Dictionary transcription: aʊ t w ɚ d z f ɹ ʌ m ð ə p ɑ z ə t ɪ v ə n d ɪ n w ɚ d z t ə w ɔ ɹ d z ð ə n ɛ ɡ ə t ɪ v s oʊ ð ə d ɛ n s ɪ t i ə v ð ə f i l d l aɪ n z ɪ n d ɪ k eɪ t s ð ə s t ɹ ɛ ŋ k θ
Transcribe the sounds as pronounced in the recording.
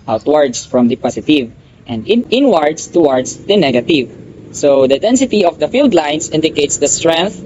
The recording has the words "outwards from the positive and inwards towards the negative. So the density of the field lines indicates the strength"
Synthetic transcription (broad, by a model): aʊ t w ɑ d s f ɹ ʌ m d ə p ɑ s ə t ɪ v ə n d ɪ n w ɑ d s t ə w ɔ ɹ d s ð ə n ɛ ɡ ə t ɪ v s oʊ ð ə d ɛ n s ɪ t i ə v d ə f i l d l aɪ n s ɪ n d ɪ k eɪ t s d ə s t ɹ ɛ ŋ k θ